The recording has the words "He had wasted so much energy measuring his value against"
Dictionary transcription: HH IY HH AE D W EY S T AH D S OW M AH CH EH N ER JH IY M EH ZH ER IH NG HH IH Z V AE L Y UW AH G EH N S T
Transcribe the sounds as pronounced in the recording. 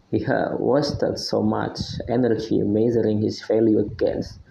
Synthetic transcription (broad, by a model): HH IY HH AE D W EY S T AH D S OW M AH CH EH N ER JH IY M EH Z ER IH NG HH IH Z F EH L Y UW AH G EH N S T